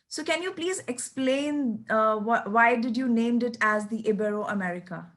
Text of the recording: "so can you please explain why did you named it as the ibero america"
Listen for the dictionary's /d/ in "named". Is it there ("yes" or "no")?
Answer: yes